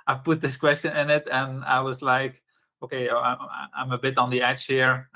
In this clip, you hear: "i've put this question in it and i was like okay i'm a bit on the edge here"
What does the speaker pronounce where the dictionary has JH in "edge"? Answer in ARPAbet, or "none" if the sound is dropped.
CH